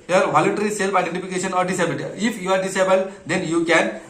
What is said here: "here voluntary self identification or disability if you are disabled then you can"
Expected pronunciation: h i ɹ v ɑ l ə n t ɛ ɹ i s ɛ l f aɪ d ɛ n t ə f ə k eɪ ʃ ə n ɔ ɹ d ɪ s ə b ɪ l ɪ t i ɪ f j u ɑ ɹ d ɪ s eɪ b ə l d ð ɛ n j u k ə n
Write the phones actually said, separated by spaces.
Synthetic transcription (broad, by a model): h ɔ ɹ v ɑ l ə n t ɛ ɹ i s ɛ l p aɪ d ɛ n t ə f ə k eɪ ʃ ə n ɔ ɹ d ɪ s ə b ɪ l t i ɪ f j u ɑ ɹ d ɪ s eɪ b ə l d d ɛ n j u k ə n